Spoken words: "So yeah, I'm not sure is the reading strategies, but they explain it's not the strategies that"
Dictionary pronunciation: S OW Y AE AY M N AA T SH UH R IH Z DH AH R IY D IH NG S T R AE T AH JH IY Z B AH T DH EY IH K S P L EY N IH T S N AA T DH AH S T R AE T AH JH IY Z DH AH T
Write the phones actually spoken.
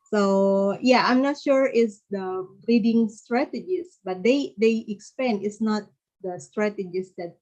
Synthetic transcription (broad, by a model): S OW Y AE AY M N AA T SH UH R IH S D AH R IY D IH NG S T R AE T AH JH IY S B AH T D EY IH K S P EY N IH T S N AA T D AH S T R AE T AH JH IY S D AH T